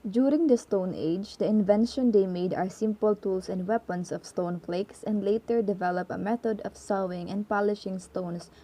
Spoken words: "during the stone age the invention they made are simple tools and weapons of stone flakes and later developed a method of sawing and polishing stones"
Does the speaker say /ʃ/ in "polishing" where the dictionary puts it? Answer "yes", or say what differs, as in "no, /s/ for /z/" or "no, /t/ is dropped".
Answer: yes